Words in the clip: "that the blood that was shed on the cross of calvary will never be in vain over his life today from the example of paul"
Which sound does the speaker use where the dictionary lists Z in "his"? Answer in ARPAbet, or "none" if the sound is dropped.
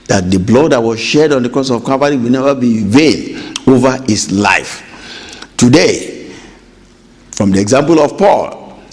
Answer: S